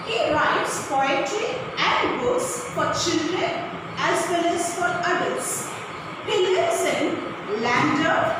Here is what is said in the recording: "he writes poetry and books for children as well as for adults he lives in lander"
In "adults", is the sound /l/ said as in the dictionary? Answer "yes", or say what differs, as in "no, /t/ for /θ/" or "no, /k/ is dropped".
no, /l/ is dropped